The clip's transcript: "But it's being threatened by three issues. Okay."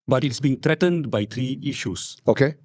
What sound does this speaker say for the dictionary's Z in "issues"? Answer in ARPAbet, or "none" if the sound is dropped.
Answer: S